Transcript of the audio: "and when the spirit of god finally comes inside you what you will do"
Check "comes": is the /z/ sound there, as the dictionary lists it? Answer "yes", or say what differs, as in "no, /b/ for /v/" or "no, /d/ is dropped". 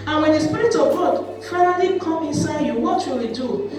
no, /z/ is dropped